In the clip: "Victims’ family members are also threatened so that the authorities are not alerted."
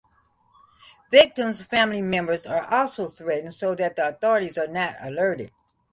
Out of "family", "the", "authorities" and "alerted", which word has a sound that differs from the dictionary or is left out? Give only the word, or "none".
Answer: none